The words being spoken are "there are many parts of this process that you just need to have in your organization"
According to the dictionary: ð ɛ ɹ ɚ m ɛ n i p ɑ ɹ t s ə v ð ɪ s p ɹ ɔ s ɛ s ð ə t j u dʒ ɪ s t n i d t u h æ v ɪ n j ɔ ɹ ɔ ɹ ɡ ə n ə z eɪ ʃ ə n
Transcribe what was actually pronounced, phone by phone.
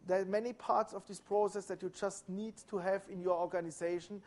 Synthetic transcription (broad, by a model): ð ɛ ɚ m ɛ n i p ɑ ɹ t s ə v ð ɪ s p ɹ ɔ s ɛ s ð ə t j u dʒ ɪ s t n i d t u h æ v ɪ n j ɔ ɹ ɔ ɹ ɡ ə n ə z eɪ ʃ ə n